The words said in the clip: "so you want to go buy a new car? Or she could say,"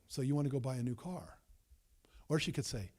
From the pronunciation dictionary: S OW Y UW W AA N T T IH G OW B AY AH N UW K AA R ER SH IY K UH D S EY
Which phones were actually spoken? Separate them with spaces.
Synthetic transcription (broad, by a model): S OW Y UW W AA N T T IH G OW B AY AH N UW K AA R ER SH IY K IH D S EY